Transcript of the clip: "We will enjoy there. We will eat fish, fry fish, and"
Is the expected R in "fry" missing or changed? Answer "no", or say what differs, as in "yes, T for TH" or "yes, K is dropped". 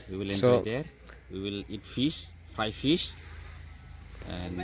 yes, R is dropped